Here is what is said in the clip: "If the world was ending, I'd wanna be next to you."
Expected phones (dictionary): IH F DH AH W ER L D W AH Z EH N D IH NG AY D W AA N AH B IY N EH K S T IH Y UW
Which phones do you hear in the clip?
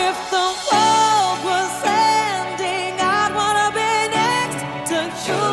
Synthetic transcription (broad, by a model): IH F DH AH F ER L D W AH S EH N D IH NG AY D W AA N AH B IY N EH K S T IH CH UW